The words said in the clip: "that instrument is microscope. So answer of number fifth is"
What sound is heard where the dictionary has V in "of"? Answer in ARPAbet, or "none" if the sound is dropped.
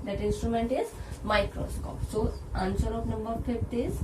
P